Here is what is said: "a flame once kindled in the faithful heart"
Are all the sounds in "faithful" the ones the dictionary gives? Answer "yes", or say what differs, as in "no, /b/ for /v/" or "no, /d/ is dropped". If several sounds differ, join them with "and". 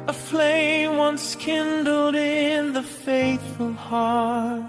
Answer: yes